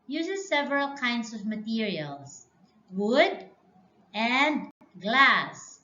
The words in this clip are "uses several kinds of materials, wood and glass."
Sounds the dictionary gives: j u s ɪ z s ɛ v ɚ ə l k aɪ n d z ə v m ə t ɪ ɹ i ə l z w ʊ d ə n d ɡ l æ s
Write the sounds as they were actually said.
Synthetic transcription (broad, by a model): j u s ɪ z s ɛ v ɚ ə l k aɪ n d s ə v m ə t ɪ ɹ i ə l s w ʊ d ə n d ɡ l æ s